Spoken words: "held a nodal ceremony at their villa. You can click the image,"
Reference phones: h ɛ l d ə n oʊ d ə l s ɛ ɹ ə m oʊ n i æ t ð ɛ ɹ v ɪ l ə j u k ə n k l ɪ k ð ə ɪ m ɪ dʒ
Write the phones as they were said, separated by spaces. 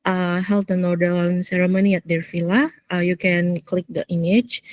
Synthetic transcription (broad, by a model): h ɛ l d ə n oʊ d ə n s ɛ ɹ ə m oʊ n i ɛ t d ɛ ɹ f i l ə j u k ə n k l ɪ k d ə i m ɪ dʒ